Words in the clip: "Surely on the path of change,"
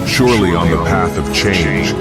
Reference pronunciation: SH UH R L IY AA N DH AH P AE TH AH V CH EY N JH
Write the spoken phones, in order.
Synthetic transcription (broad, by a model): SH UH R L IY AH N DH AH P AE TH AH V CH EY N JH